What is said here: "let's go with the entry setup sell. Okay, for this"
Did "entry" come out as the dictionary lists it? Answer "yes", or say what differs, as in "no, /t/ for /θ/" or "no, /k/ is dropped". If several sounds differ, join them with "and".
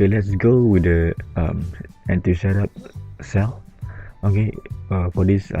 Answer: no, /ɹ/ is dropped